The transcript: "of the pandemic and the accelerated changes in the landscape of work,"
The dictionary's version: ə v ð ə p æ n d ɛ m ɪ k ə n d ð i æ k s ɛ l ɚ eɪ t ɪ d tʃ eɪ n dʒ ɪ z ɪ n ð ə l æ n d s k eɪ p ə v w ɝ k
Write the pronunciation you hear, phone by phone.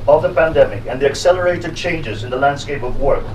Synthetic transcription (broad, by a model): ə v ð ə p æ n d ɛ m ɪ k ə n ð i æ k s ɛ l ɚ eɪ t ɪ d tʃ eɪ n dʒ ɪ z ɪ n ð ə l æ n d s k eɪ p ə v w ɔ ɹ